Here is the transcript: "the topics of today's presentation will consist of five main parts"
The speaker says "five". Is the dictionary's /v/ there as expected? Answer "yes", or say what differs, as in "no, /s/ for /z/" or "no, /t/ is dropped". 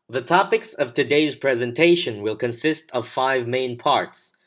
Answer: yes